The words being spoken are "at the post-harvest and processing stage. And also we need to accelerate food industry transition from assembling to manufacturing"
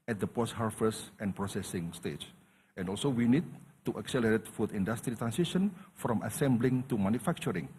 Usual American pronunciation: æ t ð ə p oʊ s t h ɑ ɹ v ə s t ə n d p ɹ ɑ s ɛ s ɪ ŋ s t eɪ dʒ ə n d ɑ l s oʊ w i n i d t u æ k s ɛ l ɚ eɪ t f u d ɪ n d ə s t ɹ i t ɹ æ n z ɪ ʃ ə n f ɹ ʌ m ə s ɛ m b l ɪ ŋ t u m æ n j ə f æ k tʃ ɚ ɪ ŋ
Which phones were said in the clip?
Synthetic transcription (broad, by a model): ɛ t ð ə p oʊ s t h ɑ ɹ f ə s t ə n p ɹ ɑ s ɛ s ɪ ŋ s t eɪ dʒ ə n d ɑ l s oʊ w i n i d t u æ k s ɛ l ɚ eɪ t f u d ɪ n d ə s t ɹ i t ɹ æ n s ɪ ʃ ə n f ɹ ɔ m ə s ɛ m b l ɪ ŋ t u m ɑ n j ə f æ k tʃ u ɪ ŋ